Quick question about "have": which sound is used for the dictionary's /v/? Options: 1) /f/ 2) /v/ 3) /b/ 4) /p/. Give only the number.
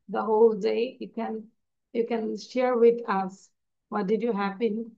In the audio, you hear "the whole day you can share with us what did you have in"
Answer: 4